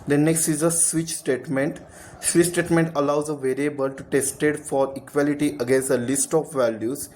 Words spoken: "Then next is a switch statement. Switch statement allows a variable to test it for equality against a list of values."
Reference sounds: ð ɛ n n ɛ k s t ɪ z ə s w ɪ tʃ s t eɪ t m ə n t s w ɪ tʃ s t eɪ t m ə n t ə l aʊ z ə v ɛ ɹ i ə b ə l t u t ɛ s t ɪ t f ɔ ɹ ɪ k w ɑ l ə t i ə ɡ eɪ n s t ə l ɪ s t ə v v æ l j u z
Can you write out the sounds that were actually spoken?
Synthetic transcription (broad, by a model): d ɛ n n ɛ k s t ɪ z ə s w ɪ tʃ s t eɪ t m ə n t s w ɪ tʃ s t eɪ t m ə n t ə l aʊ z ə v ɛ ɹ i ə b ə l t u t ɛ s t ɪ t f ɔ ɹ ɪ k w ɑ l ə t i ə ɡ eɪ n s ə l ɪ s t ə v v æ l j u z